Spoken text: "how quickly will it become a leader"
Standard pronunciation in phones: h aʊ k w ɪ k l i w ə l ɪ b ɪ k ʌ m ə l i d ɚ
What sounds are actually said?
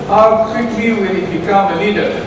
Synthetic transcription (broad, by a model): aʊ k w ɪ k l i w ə n ɪ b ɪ k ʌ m ə l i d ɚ